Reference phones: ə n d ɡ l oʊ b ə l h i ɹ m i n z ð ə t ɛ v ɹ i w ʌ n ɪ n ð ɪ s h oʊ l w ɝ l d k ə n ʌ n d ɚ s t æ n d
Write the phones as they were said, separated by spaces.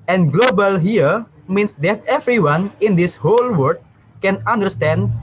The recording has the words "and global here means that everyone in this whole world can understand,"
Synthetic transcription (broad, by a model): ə n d ɡ l oʊ b ə l h i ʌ m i n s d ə t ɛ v ɹ i w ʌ n ɪ n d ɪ s h oʊ l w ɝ d k ə n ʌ n d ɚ s t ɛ n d